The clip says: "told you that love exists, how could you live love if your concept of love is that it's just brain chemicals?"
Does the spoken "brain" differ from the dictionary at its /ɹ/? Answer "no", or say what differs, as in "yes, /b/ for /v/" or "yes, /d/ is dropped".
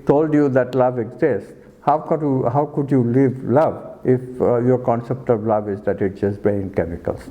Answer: yes, /ɹ/ is dropped